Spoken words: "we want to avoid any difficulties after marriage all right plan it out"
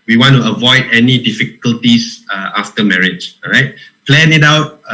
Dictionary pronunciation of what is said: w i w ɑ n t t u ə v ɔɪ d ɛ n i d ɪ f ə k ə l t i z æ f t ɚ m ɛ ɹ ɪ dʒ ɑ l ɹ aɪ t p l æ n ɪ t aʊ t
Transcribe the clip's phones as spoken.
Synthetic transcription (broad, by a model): w i w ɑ n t t u ə v ɔɪ d ɛ n i d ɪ f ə k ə l t i s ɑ f t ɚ m ɛ ɹ ɪ dʒ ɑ ɹ aɪ t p l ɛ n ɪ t aʊ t